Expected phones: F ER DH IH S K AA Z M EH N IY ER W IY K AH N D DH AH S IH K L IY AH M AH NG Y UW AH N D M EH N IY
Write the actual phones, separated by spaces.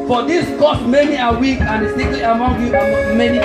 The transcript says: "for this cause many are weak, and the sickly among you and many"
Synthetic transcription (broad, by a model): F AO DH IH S K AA S M EH N IY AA W IY K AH N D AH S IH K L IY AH M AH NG Y UW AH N M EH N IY